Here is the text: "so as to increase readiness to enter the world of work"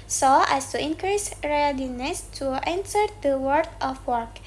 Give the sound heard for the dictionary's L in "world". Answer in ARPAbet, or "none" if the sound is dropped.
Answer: none